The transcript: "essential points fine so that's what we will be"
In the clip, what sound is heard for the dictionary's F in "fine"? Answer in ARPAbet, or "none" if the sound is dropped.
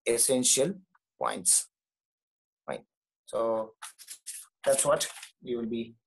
P